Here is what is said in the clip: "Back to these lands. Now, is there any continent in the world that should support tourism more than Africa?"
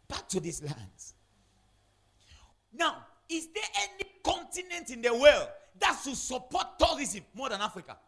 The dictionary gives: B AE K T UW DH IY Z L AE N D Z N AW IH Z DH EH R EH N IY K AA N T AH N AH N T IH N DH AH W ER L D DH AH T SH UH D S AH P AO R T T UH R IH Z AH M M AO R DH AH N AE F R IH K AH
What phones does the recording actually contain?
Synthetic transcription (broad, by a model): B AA K T UW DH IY S L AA N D N AW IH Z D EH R EH N IY K AA N T AH N AH N T IH N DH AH W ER L D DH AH T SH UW S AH P AO T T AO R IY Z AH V M AO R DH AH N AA F R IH K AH